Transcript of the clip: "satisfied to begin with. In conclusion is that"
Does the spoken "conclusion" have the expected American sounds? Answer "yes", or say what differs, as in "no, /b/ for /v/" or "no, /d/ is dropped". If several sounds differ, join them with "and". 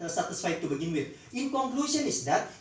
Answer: no, /s/ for /ʒ/